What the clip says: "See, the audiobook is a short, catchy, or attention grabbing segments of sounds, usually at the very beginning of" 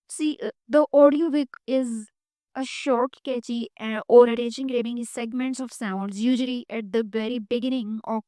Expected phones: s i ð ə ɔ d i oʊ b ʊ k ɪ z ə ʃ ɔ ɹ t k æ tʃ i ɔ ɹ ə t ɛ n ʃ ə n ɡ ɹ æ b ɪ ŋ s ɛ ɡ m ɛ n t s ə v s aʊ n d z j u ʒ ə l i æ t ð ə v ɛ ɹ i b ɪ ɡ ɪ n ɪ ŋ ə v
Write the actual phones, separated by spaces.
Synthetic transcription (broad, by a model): s i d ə ɔ d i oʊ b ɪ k ɪ z ə ʃ ɔ ɹ t k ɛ tʃ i ɔ ɹ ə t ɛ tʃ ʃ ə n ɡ ɹ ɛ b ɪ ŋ s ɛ ɡ m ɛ n t s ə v s aʊ n d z j u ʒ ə l i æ t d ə v ɛ ɹ i b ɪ ɡ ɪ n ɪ ŋ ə